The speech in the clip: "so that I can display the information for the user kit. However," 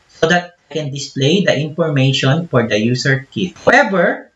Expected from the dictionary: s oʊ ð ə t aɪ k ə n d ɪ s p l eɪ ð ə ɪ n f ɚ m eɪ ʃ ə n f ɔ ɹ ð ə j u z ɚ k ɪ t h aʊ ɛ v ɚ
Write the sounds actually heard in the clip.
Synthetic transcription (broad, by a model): s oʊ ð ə t aɪ k ə n d ɪ s p l eɪ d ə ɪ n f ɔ m eɪ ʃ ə n f ɔ ɹ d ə j u s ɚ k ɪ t h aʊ ɛ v ɚ